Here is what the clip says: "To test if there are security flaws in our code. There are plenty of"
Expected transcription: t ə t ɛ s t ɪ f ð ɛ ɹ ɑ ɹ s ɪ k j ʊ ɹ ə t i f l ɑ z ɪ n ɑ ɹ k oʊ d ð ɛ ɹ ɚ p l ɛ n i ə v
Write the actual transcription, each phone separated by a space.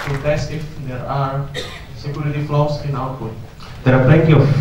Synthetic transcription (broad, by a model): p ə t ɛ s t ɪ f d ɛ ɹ ɑ ɹ s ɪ k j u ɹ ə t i f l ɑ s ɪ n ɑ l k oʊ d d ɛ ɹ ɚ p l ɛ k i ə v